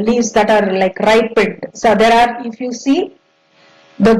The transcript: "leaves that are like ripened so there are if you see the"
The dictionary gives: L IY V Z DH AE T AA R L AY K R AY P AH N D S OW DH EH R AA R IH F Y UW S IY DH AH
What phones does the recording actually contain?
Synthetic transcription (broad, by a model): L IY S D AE T AA R L AY K R AY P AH D S OW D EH R AA R IH F Y UW S IY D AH